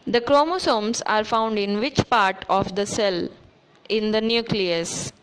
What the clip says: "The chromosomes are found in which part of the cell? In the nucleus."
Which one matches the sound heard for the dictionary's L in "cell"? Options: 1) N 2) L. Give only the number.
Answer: 2